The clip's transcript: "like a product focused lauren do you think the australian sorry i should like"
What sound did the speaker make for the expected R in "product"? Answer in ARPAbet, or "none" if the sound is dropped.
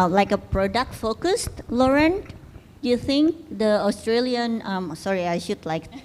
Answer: R